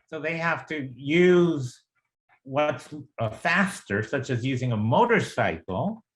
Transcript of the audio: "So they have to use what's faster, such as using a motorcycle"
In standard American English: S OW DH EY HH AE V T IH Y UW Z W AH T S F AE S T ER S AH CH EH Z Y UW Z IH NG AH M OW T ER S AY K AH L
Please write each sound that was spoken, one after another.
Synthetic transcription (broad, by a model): S OW DH EY HH AE F T IH Y UW Z W AH T S F AE S T ER S AH CH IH Z Y UW Z IH NG AH M OW T ER S AY K L